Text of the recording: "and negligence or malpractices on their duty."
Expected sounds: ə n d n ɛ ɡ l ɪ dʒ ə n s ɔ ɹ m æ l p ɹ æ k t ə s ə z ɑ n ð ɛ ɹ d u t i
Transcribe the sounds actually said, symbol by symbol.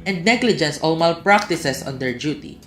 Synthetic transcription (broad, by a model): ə n d n ɛ ɡ l ɪ dʒ ə n s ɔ l m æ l p ɹ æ k t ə s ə s ɑ n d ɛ ɹ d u t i